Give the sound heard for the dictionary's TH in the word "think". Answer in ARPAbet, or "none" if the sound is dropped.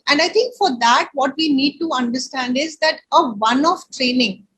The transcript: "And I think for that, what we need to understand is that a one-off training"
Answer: T